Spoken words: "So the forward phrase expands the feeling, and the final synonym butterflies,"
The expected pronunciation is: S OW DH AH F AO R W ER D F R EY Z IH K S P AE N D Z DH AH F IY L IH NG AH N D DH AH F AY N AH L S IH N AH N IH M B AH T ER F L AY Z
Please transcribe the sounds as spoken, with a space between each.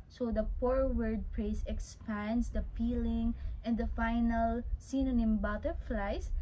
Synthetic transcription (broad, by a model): S OW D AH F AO R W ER D P R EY S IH K S P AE N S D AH F IY L IH NG AH N D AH F AY N AH L S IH N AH N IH M B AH T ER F L AY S